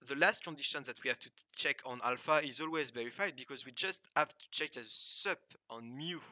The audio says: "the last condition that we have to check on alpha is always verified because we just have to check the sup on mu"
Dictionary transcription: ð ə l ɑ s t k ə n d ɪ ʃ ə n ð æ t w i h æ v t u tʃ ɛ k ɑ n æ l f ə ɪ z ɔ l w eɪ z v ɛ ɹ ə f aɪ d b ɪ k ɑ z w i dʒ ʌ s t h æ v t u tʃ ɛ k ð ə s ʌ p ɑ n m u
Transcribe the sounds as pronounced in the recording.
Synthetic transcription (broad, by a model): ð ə l ɑ s t k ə n d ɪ ʃ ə n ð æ t w i h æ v t u tʃ ɛ k ɑ n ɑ l f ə ɪ z ɔ l w eɪ z v ɛ ɹ ə f aɪ d b ɪ k ɑ z w i dʒ ʌ s t h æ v t u tʃ ɛ k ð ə s ʌ p ɑ n m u